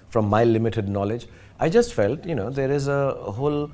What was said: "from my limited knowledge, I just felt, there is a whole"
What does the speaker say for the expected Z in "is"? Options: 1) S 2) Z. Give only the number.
2